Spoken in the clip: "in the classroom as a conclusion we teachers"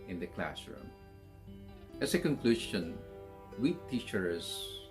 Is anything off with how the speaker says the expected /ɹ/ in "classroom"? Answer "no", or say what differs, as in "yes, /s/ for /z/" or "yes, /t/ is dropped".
no